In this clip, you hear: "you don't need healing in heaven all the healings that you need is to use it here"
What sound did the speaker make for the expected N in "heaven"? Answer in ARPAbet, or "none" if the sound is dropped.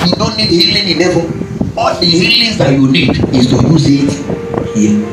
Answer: none